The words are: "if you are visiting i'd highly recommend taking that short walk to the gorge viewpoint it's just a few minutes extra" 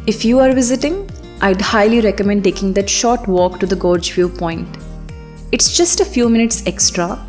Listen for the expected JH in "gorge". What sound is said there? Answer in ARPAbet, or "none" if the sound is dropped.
JH